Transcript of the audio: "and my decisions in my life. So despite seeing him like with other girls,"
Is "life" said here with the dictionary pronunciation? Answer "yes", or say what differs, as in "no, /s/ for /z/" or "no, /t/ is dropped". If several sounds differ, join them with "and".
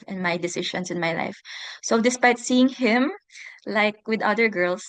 yes